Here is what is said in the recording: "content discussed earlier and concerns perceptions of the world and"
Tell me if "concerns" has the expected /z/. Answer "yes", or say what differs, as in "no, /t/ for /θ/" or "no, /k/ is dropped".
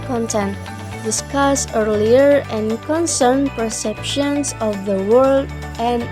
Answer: no, /z/ is dropped